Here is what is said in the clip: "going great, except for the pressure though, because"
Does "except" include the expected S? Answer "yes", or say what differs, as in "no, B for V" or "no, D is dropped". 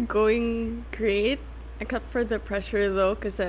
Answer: no, S is dropped